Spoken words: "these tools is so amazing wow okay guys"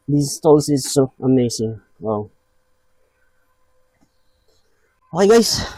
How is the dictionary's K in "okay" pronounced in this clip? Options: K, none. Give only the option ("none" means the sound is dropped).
none